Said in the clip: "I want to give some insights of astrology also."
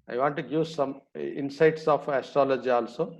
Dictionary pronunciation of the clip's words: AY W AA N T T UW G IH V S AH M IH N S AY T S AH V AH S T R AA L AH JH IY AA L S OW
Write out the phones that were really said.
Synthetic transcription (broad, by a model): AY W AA N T T UW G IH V S AH M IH N S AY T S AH F AH S T R AA L AH JH IY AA L S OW